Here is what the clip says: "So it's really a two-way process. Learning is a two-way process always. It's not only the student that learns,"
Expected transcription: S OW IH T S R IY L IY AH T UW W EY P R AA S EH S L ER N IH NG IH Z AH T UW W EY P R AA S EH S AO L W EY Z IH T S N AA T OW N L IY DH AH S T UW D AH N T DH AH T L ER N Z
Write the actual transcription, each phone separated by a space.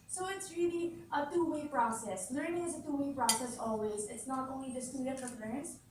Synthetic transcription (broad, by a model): S OW IH T S R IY L IY AH T UW W EY P R AA S EH S L ER N IH NG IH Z AH T UW W EY P R AA S EH S AO L W EY Z IH T S N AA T OW N L IY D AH S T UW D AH T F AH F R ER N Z